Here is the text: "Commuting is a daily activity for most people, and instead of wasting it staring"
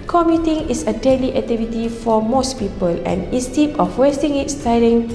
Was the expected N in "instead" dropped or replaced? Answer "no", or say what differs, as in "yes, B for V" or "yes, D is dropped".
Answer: yes, N is dropped